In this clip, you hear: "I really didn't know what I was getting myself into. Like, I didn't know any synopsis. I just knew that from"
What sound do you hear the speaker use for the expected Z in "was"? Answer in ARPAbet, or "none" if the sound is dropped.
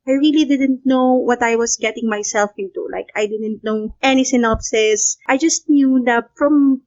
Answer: S